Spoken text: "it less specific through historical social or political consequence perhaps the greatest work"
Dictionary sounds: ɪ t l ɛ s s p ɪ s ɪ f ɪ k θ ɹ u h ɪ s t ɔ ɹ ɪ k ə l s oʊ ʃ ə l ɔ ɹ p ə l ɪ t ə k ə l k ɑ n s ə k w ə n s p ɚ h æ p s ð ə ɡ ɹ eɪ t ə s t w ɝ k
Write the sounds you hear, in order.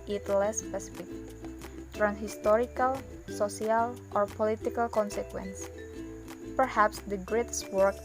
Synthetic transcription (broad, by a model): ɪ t l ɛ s s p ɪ s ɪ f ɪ k t ɹ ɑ h ɪ s t ɔ ɹ ɪ k ə l s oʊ s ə l ɔ ɹ p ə l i t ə k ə l k ɑ n s ə k w ə n s p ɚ h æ p s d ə ɡ ɹ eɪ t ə s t w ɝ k